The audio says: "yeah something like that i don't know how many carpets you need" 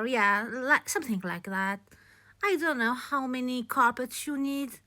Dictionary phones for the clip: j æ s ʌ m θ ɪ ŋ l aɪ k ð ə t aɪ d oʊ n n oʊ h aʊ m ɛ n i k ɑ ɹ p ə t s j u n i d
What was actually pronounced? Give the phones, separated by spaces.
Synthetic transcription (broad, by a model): j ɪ s ʌ m θ ɪ ŋ l aɪ k ð ə t aɪ d oʊ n n oʊ h aʊ m ɛ n i k ɑ ɹ p ə t s j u n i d